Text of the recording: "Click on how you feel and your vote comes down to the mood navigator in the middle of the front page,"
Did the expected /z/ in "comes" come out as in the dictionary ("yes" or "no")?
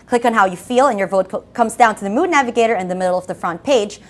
yes